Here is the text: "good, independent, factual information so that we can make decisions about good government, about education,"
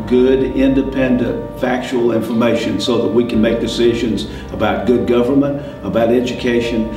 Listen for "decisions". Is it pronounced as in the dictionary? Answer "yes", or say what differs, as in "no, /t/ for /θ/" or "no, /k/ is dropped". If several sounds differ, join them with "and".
yes